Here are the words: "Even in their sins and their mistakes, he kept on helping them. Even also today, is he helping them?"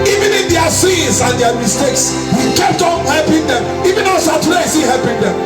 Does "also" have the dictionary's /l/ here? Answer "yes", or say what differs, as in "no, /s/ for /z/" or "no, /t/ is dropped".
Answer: no, /l/ is dropped